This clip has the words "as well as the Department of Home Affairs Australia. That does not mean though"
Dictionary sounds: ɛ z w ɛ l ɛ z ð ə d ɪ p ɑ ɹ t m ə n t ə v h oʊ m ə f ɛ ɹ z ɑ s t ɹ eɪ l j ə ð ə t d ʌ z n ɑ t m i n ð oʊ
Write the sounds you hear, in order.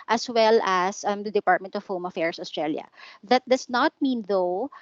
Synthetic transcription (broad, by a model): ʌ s w ɛ l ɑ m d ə d ɪ p ɑ ɹ t m ə n t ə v h oʊ m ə f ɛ ɹ s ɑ s t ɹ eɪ l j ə ð ə t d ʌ s n ɑ t m i n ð oʊ